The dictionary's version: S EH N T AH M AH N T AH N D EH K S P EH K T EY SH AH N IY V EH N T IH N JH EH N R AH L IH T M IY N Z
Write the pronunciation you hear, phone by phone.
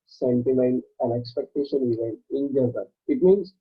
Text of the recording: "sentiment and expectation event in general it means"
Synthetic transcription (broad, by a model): S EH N T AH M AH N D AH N EH K S P EH K T EY SH AH N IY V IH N IH N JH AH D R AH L IH T M IY N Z